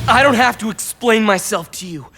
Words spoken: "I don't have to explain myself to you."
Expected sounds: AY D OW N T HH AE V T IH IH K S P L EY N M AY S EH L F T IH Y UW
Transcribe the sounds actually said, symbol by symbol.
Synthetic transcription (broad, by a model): AY D OW N T HH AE F T IH IH K S P L EY N M AY S EH L F T IH Y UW